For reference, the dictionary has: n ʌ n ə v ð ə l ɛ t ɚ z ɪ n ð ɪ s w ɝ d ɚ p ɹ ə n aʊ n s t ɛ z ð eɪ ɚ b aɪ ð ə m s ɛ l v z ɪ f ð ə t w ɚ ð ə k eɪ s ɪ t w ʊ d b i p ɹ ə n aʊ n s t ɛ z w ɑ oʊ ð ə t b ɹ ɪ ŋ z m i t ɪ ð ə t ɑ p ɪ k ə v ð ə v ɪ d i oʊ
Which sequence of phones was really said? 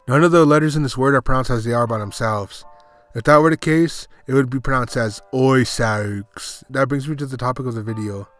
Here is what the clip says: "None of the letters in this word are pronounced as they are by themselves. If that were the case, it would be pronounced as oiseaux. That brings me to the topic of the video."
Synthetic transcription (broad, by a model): n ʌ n ə v ð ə l ɛ t ɚ z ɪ n ð ɪ s w ɝ d ɚ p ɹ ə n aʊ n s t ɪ z ð eɪ ɚ b aɪ ð ə m s ɛ l v z ɪ f ð ə t w ɚ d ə k eɪ s ɪ t w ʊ d b i p ɹ ə n aʊ n s t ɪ z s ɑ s ð ə t b ɹ ɪ ŋ z m i t ɪ ð ə t ɑ p ɪ k ə v ð ə v ɪ d i oʊ